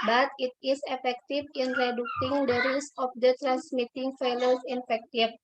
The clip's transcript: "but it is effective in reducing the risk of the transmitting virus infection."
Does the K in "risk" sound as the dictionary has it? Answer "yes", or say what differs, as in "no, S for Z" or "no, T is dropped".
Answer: no, K is dropped